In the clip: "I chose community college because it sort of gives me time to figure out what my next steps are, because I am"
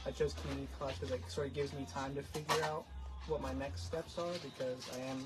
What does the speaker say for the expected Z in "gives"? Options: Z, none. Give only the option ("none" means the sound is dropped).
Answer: Z